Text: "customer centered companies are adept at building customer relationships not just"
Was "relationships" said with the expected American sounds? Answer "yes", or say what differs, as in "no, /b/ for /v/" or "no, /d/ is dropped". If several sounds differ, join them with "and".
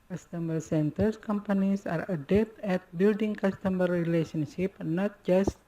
no, /s/ is dropped